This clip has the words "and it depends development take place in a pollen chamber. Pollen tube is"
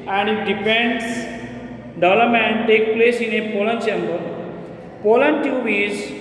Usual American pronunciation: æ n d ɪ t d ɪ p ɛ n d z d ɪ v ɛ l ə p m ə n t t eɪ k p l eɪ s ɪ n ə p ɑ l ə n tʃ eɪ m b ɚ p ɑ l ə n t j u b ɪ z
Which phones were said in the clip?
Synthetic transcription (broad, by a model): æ n d ɪ t d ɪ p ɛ n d s d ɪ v l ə m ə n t t eɪ k p l eɪ s ɪ n ə p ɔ l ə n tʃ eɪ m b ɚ p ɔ l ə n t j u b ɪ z